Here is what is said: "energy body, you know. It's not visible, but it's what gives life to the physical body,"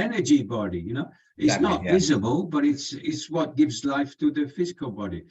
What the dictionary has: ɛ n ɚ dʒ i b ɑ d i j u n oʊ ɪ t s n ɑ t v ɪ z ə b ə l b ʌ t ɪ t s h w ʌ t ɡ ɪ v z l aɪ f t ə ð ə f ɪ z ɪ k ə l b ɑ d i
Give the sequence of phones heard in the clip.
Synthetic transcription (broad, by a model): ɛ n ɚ dʒ i b ɑ d i j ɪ n oʊ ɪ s n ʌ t v ɪ z ə b ə l b ʌ t ɪ t s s w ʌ t ɡ ɪ v z l aɪ f t ə ð ə f ɪ z ɪ k ə l b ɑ d i